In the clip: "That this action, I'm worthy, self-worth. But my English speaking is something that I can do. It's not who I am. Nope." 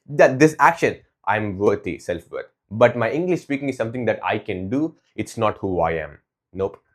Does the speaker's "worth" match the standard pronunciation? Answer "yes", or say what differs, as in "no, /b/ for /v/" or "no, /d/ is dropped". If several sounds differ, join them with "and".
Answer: no, /t/ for /θ/